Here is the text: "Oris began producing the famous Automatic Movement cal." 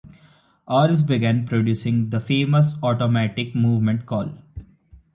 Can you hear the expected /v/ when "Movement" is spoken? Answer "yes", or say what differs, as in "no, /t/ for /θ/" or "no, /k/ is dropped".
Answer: yes